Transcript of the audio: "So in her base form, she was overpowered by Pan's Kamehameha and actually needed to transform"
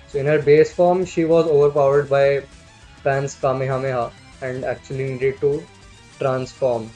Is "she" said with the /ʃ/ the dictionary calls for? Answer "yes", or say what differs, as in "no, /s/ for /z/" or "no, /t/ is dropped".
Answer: yes